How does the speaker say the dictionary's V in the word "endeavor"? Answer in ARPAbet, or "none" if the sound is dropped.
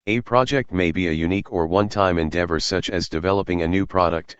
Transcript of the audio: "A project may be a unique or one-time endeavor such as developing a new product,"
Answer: V